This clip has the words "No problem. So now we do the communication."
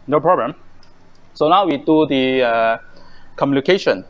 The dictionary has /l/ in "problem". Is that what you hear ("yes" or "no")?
no